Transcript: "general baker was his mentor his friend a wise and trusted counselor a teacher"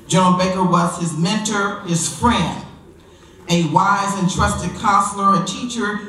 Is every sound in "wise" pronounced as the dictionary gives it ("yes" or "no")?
yes